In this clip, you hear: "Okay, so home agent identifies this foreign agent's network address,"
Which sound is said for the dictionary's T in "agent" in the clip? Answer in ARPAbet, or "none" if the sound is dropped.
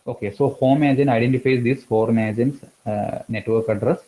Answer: none